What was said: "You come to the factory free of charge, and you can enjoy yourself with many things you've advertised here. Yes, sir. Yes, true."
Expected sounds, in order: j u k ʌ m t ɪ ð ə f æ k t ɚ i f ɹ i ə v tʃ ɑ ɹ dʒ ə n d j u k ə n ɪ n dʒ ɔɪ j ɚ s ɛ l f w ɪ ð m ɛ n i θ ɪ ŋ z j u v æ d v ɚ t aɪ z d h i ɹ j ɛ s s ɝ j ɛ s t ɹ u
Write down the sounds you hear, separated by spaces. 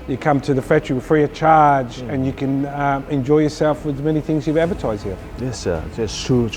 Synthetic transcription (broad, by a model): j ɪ k ʌ m t ɪ ð ə f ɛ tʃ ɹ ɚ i f ɹ i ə tʃ ɑ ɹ dʒ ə n j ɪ k ə n ɪ n dʒ ɔɪ j ɚ s ɛ l f w ɪ ð m ɛ n i θ ɪ ŋ z j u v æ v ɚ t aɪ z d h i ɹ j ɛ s s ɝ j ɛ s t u